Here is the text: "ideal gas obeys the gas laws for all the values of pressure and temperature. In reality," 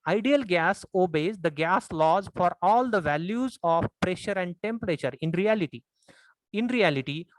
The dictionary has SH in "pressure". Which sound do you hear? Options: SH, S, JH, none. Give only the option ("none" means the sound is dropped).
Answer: SH